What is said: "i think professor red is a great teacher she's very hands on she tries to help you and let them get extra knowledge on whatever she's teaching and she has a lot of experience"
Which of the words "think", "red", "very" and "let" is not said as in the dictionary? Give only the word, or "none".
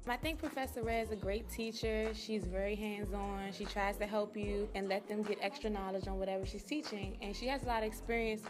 red